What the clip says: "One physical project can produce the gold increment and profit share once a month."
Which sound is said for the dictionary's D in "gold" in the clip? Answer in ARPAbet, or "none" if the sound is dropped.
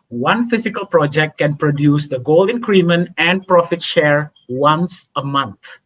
none